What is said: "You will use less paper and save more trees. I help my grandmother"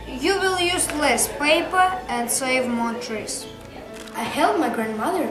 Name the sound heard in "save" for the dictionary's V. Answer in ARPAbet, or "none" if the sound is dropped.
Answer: V